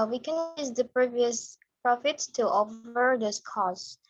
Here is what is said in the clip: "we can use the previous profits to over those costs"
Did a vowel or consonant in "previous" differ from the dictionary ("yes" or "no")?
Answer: no